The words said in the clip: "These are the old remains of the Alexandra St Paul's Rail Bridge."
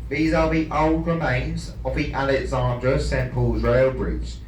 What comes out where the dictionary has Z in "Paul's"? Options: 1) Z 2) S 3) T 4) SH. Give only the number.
1